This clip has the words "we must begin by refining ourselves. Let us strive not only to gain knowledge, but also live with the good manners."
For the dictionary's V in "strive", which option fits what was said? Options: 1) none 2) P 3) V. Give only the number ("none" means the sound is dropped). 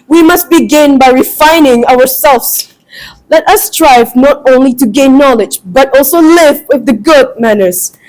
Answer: 3